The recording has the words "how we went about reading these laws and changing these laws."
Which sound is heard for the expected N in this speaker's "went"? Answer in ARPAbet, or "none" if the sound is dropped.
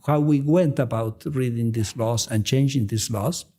N